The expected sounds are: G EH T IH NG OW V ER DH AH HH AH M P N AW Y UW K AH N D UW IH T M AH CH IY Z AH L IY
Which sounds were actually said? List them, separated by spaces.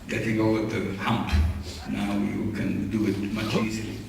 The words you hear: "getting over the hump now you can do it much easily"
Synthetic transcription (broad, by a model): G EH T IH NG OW ER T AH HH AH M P N AW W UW K AH N D UW IH T M AH CH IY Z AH L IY